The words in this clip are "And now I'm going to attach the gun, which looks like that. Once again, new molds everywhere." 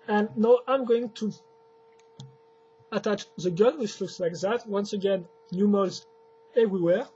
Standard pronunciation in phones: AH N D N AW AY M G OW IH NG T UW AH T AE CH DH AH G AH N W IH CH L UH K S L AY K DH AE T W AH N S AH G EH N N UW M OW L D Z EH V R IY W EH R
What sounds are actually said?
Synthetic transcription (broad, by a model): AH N N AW AY M G OW IH NG T UW AH T AE CH DH AH G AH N W IH CH L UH K S L AY K DH AE T W AH N S AH G EH N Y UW M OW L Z EH V R IY W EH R